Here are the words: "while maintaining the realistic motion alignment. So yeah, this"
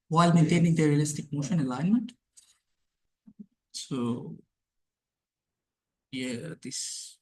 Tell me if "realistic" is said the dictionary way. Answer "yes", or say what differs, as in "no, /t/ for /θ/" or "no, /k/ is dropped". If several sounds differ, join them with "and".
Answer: yes